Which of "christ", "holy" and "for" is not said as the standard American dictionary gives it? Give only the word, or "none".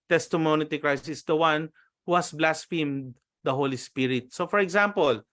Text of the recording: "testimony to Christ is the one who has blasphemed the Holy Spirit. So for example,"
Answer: christ